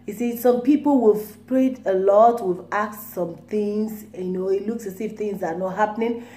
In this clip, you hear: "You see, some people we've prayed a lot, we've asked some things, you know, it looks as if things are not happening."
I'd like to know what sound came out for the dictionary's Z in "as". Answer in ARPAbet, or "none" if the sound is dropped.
S